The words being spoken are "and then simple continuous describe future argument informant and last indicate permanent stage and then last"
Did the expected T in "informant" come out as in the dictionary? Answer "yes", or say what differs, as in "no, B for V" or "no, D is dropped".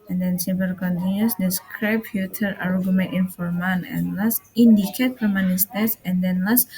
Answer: no, T is dropped